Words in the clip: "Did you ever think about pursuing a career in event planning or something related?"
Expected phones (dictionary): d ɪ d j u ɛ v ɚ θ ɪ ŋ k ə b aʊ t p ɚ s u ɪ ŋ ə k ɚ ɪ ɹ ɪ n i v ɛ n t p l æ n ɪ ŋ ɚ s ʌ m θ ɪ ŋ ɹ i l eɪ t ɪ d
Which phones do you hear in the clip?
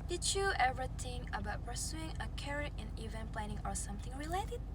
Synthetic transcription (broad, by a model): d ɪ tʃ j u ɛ v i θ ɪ ŋ ə b aʊ t p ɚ s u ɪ ŋ ə k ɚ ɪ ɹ ɪ n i v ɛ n p l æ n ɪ ŋ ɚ s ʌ m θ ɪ ŋ ɹ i l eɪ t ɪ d